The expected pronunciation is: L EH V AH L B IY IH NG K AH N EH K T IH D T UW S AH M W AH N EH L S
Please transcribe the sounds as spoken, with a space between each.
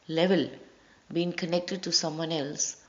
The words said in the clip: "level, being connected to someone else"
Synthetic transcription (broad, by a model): L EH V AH L B IY IH NG K AH N EH K T IH D T UW S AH M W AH N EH L S